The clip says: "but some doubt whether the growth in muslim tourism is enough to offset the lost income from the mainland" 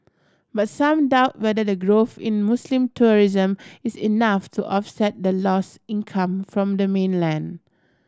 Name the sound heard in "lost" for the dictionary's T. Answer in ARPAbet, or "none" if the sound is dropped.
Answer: none